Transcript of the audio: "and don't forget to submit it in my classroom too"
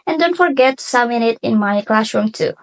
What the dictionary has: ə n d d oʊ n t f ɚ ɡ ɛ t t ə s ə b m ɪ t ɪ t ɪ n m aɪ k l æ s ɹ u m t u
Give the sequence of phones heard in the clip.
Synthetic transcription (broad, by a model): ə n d d oʊ n t f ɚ ɡ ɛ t t s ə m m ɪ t ɪ t ɪ n m aɪ k l æ s ɹ u m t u